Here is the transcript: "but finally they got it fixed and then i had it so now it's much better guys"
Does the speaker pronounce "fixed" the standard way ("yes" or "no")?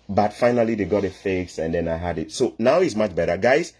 no